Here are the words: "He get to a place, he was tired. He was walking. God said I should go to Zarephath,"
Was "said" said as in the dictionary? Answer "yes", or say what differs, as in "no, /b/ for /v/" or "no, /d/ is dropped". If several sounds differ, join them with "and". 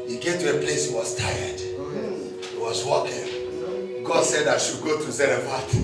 yes